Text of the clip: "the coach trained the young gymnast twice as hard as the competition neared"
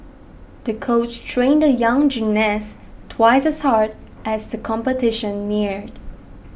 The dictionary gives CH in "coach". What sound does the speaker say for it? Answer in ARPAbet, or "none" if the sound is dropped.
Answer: CH